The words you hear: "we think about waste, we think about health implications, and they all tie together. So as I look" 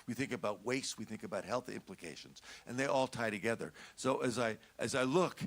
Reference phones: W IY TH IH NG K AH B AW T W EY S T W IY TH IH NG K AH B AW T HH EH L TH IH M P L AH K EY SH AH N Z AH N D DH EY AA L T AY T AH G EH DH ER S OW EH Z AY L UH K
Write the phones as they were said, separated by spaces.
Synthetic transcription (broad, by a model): W IY TH IH NG K AH B AW T W EY S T W IY TH IH NG K AH B AW T HH EH L TH IH M P L AH K EY SH AH N Z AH N DH EY AA L T AY T AH G EH DH ER S OW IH Z AY L UH K